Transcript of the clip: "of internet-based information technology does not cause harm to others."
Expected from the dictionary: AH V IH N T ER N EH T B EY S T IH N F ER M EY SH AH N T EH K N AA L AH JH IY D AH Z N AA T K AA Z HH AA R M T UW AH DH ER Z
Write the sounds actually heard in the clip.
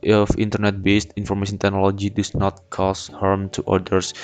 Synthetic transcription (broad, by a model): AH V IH N T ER N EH T B EY S T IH N F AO M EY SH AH N T EH K N AA L AH JH IY D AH S N AA T K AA S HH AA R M T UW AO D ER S